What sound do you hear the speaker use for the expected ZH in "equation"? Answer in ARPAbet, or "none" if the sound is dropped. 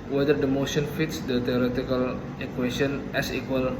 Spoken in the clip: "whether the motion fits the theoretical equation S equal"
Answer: S